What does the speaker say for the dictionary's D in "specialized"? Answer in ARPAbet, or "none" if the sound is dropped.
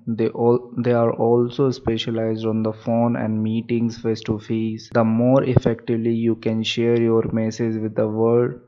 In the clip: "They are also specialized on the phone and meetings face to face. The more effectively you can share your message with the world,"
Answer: D